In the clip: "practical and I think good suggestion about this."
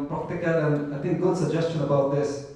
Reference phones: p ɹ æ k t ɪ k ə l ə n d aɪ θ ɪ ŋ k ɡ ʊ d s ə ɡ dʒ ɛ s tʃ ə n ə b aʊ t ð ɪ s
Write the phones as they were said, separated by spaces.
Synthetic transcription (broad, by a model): p ɹ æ k t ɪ k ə l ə n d aɪ t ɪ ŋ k ɡ ʊ d s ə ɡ dʒ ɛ s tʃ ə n ə b aʊ t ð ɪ s